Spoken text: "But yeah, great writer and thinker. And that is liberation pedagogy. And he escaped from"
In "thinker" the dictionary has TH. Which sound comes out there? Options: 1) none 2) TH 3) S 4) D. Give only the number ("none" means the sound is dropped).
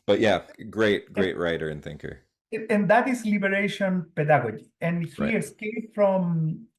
2